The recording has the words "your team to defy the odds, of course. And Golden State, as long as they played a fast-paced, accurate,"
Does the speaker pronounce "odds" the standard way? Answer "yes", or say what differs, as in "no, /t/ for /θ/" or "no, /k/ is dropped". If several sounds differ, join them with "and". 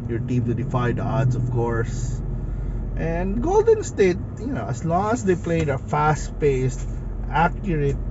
no, /s/ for /z/